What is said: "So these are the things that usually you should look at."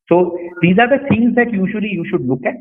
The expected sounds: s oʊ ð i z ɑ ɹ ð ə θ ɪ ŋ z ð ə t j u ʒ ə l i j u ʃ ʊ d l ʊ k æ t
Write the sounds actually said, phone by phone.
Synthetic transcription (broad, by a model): s oʊ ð i z ɑ ɹ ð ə s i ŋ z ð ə t j u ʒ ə l i j u ʃ ʊ d l ʊ k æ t